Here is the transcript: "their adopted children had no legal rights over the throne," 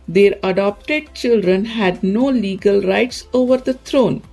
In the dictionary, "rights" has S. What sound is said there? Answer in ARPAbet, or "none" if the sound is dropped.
S